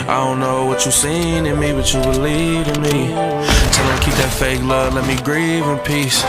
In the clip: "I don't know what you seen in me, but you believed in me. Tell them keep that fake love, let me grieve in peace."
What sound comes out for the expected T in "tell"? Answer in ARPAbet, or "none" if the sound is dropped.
S